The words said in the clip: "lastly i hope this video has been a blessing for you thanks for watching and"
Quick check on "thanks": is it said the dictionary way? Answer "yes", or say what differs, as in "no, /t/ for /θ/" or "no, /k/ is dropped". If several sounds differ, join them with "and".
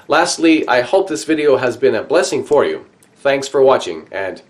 yes